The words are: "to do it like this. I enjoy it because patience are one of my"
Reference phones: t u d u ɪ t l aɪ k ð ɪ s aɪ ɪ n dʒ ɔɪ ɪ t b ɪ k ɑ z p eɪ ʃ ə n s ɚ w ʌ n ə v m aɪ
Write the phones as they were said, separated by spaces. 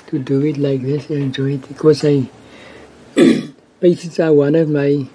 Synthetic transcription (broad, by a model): t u d u ɪ t l aɪ k ð ɪ s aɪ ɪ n dʒ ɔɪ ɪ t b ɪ k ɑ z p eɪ s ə s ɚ w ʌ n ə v m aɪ